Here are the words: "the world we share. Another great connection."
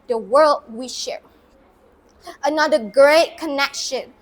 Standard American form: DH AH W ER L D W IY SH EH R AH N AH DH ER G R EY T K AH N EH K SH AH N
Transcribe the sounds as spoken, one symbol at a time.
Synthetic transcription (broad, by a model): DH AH W ER L D W IY SH EH R AH N AH DH ER G R EY T K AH N EH K SH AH N